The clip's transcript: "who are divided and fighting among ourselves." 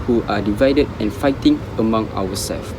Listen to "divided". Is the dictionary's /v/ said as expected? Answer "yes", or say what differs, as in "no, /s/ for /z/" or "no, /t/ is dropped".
yes